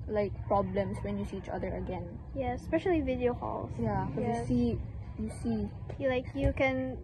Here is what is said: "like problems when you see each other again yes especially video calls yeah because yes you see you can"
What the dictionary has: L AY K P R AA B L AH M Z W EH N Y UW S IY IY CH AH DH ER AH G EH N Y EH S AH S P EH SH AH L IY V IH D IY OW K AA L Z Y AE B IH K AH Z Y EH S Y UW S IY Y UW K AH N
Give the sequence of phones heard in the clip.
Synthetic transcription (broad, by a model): L AY K P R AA B L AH M S W EH N Y UW S IY IY CH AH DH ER AH G EH N Y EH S S P EH SH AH L IY V IH D IY OW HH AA L S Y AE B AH Y S Y UW S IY Y UW K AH N